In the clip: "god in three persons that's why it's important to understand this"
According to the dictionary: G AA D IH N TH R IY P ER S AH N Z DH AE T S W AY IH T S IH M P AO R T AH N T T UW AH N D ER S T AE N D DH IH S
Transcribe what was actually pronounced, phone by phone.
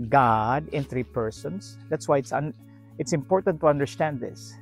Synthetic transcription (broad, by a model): G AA D IH N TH R IY P ER S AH N S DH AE T S W AY IH T S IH M P AO R T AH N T T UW AH N D ER S T AE N D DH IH S